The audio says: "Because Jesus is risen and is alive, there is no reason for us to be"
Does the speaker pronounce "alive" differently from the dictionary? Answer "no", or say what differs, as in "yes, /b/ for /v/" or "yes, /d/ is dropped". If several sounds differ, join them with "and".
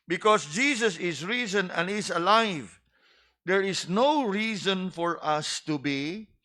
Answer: no